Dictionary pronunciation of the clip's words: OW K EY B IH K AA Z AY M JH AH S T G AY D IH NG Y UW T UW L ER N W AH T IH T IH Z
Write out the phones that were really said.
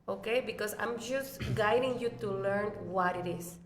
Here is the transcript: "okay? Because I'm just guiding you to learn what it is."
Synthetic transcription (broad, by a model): OW K EY B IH K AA S AY M JH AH S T G AY D IH NG Y UW T UW L ER N W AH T IH T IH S